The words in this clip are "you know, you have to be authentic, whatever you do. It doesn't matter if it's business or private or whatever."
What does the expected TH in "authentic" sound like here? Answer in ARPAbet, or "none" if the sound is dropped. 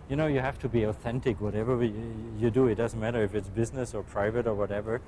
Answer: TH